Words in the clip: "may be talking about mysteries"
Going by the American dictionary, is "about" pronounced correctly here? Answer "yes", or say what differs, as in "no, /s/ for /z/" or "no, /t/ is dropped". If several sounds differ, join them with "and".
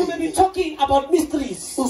yes